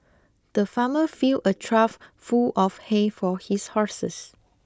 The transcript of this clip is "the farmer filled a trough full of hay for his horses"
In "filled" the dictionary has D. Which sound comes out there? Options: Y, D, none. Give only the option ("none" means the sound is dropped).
none